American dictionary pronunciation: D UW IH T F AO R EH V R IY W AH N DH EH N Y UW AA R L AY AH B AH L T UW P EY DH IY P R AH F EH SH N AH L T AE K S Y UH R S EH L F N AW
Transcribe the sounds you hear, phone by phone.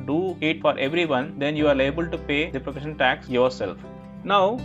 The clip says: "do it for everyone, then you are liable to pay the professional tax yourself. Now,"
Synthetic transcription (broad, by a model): D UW IH T F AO R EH V R IY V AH N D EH N Y UW AA R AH B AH L T UW P EY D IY P R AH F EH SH AH N T AE K S Y UH R S EH L F N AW